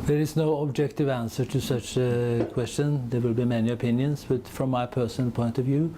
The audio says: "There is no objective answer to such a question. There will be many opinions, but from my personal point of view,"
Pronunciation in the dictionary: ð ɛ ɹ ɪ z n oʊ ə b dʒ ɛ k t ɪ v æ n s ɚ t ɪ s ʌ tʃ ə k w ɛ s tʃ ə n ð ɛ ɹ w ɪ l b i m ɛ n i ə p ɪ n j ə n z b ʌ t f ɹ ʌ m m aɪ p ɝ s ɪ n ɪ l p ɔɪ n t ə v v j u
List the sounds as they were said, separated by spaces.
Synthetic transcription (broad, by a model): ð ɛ ɹ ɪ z n oʊ ə b dʒ ɛ k t ɪ v æ n s ɚ t ɪ s ʌ tʃ ə k w ɛ s tʃ ə n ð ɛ ɹ w ɪ l b i m ɛ n i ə p ɪ n j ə n s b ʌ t f ɹ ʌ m m aɪ p ɝ s ɪ n ɪ l p ɔɪ n t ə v v j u